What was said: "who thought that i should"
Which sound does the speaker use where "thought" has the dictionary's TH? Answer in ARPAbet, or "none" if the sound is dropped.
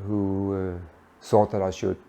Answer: S